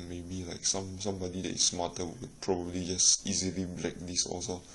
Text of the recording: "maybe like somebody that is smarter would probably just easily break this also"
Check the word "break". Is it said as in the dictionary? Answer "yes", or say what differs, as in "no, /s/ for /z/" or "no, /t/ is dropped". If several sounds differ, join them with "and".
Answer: no, /l/ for /ɹ/